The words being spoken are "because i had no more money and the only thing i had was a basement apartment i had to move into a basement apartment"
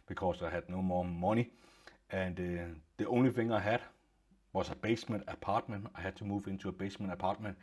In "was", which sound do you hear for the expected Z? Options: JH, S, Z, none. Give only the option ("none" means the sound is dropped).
S